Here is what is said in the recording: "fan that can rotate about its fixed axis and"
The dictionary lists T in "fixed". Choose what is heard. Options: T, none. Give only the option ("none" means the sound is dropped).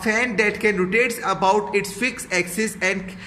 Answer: none